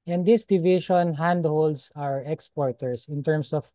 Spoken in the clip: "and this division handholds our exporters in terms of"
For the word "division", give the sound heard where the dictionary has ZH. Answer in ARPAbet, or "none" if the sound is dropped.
SH